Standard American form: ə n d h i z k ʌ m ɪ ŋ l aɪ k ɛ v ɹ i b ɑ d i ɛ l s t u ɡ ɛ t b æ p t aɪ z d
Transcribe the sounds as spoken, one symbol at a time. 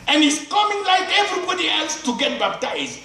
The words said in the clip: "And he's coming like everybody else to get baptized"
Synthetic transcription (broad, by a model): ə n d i s k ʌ m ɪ ŋ l aɪ k ɛ v ɹ i b ɑ d i ɛ l s t u ɡ ɛ t b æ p t aɪ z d